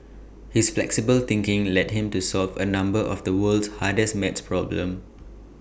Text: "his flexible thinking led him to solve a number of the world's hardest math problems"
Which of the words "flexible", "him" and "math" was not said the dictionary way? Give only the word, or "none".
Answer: math